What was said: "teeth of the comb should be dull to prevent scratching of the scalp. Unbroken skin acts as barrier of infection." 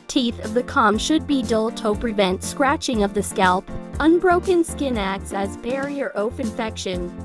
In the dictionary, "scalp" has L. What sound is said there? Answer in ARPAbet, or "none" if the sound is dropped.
L